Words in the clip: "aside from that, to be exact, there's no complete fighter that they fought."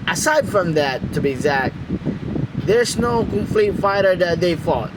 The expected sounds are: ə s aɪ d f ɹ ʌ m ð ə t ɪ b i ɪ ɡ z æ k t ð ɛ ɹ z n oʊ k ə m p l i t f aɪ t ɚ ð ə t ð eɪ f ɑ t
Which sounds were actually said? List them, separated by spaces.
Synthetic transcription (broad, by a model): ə s aɪ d f ɹ ʌ m ð ə t ɪ b i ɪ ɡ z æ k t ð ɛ ɹ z n oʊ k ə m f l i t f aɪ t ɚ ð ə t ð eɪ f ɑ t